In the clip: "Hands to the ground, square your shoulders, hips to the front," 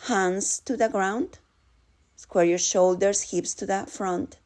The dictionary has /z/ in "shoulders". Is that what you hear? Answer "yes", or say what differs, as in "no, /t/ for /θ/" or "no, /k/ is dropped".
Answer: no, /s/ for /z/